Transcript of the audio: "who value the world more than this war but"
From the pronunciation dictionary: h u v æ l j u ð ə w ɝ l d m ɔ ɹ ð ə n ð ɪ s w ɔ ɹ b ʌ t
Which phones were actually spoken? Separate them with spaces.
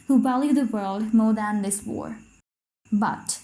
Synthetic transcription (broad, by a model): h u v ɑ l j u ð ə w ɝ l d m ɔ ɹ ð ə n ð ɪ s w ɔ ɹ b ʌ t